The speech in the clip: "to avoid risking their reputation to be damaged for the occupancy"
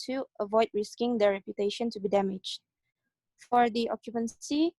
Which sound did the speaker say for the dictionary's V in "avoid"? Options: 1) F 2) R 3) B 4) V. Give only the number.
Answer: 4